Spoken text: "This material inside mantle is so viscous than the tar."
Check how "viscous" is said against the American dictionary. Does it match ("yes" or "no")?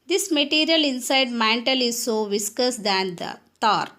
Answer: yes